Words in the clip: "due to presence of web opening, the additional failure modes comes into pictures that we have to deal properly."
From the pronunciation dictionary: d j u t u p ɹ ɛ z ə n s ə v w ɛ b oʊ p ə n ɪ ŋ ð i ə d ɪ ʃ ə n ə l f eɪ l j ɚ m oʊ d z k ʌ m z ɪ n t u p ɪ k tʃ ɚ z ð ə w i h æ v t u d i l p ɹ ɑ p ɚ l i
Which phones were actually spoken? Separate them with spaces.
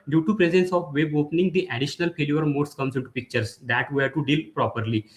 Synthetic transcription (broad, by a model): d j u t u p ɹ ɛ z ə n s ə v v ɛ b oʊ p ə n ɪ ŋ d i ə d ɪ ʃ ə n ə l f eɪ l j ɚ m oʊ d s k ʌ m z ɪ n t u p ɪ k tʃ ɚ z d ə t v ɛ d t u d i l p ɹ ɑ p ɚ l i